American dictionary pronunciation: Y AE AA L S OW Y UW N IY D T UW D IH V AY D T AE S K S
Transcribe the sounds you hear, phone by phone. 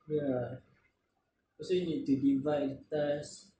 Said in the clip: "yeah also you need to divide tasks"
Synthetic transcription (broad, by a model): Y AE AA S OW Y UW N IY D T UW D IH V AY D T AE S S